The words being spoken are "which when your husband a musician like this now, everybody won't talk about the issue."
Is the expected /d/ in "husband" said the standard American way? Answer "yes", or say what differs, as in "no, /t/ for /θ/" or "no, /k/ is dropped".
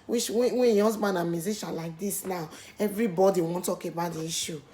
no, /d/ is dropped